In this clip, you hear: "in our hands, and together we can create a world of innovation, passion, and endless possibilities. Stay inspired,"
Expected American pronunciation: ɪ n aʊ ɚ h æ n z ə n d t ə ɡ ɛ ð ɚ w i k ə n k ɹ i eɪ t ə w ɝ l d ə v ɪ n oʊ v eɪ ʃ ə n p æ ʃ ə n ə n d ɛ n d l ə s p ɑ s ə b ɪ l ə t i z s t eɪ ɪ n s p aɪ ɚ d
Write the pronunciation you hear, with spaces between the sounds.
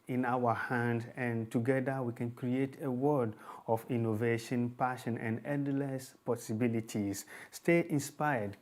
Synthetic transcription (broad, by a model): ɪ n aʊ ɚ h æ n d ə n t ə ɡ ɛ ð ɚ w i k ə n k ɹ i eɪ t ə w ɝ d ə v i n oʊ v eɪ ʃ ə n p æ ʃ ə n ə n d ɛ n d l ə s p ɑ s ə b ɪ l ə t i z s t eɪ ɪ n s p aɪ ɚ d